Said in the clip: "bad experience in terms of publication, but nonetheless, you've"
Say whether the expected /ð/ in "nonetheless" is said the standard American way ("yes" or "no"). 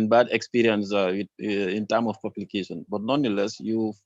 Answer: no